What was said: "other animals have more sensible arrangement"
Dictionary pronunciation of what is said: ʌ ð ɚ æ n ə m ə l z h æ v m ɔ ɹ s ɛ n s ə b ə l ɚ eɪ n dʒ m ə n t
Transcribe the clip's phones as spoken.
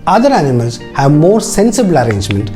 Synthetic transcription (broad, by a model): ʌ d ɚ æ n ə m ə l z h æ v m ɔ ɹ s ɛ n s ə b ə l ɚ eɪ n dʒ m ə n t